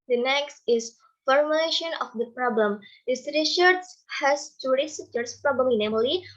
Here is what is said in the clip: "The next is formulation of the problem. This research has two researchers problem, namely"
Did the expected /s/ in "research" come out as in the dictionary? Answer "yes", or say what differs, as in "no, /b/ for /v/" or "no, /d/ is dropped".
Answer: no, /ʃ/ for /s/